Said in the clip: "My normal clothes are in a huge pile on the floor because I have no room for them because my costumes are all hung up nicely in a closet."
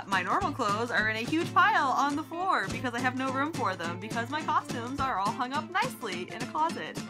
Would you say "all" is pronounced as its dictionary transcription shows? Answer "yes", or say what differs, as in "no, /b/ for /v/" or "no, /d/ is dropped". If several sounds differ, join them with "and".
yes